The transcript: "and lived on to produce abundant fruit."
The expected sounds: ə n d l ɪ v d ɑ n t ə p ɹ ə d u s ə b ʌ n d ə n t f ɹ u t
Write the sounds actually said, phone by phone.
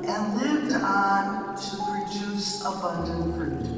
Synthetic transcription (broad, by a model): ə n l ɪ v d n t ə p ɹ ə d u s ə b ʌ n d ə n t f ɹ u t